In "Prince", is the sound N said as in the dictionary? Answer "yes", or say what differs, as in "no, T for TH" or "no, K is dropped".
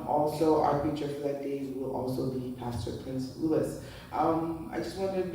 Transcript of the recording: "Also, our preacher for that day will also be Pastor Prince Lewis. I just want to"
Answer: yes